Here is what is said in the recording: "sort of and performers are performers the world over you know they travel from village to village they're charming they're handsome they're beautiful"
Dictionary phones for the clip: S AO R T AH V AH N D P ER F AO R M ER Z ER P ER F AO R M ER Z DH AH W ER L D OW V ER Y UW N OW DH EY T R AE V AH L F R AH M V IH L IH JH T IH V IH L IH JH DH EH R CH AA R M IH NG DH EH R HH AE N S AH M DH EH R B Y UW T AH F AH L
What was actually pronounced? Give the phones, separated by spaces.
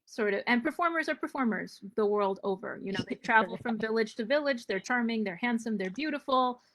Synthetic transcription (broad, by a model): S AO R T AH V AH N P ER F AO R M ER Z ER P ER F AO R M ER Z DH AH W ER L D OW V ER Y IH N OW DH EY T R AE V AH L F R AH M V IH L IH JH T IH V IH L IH JH DH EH R CH AA R M IH NG DH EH R HH AE N S AH M DH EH R B Y UW T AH F L